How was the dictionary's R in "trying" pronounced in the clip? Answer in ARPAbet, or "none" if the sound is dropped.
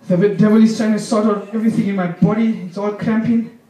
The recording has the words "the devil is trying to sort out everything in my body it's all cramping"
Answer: none